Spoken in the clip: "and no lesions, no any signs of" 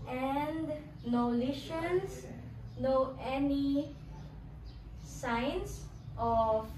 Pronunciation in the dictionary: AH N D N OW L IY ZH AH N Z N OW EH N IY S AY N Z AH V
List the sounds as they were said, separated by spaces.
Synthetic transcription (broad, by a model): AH N D N OW L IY SH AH N S N OW EH N IY S AY N S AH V